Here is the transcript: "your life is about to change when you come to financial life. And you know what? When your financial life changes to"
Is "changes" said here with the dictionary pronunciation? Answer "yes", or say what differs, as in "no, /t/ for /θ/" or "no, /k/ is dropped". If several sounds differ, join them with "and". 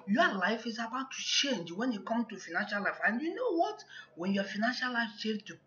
no, /z/ is dropped